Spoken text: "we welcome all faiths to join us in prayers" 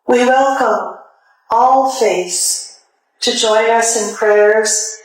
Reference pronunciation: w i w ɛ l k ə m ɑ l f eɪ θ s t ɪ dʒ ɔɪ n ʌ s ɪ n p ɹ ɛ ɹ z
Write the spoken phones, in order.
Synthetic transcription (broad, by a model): w i w ɛ l k ə m ɑ l f eɪ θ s t ɪ dʒ ɔɪ n ʌ s ɪ n p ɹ ɛ ɹ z